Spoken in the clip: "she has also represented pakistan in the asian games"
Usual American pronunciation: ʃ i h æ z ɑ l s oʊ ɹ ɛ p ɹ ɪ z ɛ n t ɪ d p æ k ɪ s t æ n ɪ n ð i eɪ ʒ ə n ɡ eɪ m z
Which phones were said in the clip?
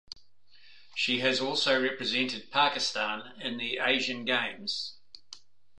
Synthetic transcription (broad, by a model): ʃ i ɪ z ɑ l s oʊ ɹ ɛ p ɹ ɪ z ɛ n t ɪ d p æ k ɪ s t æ n ɪ n ð i eɪ ʒ ə n ɡ eɪ m z